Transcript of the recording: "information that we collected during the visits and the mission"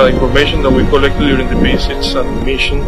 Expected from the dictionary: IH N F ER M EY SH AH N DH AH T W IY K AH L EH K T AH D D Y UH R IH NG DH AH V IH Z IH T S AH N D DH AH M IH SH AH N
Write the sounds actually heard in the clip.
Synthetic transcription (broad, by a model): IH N F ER M EY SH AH N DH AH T W IY K AH L EH K T AH D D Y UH R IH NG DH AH B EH S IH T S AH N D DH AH M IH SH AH N